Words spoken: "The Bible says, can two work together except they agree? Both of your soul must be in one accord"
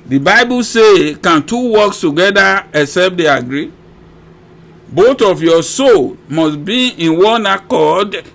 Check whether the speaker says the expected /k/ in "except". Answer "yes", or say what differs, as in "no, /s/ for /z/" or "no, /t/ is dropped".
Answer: no, /k/ is dropped